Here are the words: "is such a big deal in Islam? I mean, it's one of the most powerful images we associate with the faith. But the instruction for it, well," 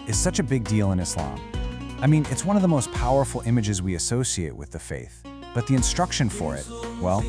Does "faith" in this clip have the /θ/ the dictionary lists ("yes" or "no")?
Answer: yes